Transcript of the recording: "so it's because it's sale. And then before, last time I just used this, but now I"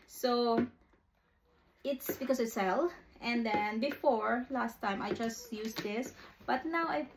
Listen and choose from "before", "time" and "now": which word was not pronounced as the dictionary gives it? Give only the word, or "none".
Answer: none